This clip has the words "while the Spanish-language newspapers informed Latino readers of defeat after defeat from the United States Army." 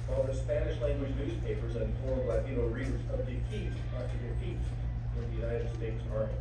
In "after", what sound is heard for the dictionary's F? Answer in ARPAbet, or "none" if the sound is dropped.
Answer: none